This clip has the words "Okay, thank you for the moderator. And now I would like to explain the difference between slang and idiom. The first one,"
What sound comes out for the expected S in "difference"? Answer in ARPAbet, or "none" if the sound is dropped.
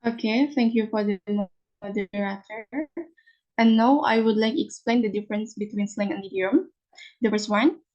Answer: S